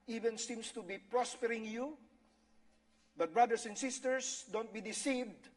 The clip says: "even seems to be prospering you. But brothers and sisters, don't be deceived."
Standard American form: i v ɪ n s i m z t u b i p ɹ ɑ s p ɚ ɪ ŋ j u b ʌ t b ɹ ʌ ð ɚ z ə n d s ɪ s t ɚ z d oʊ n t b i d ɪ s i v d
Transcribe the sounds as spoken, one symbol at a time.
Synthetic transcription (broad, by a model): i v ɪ n s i m s t u b i p ɹ ɑ s p ɚ ɪ ŋ j u b ʌ t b ɹ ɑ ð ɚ s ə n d s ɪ s t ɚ s d oʊ n t b i d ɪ s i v d